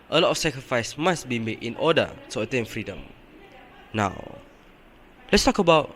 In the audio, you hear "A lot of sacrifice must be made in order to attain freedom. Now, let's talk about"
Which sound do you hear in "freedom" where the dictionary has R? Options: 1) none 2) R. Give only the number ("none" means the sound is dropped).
2